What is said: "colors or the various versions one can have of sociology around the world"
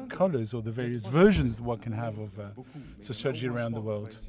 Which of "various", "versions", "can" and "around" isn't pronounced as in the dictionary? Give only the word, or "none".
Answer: none